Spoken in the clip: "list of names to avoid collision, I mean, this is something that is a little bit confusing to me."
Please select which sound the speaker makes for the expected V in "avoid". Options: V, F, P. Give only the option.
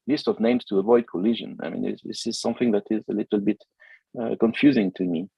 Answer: V